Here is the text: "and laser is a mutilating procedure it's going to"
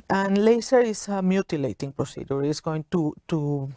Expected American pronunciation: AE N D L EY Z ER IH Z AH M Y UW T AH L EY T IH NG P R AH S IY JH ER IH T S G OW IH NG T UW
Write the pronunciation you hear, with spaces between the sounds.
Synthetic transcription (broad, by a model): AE N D L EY S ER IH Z AH M Y UW T AH L EY T IH NG P R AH S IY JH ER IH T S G OW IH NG T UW